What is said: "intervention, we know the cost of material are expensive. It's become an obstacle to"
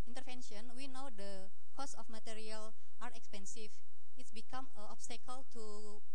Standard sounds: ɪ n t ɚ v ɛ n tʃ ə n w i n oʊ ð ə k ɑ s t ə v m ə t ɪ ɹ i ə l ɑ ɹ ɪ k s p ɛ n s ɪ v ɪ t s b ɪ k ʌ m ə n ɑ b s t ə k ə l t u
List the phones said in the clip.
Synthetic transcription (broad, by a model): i n t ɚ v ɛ n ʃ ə n w i n oʊ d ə k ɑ s ə f m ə t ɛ ɹ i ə l ɑ ɹ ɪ k s p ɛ n s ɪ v ɪ t s b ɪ k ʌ m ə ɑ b s t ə k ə l t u